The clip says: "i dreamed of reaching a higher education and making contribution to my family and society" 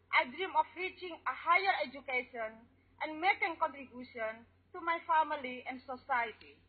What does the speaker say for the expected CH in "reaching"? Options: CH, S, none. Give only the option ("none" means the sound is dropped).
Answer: CH